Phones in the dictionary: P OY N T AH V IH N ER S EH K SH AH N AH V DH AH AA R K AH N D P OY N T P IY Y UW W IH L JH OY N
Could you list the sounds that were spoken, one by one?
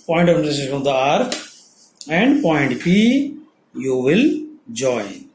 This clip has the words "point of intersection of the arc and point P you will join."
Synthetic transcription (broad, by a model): P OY N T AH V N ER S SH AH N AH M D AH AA R AH N D P OY N T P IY Y UW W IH L JH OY N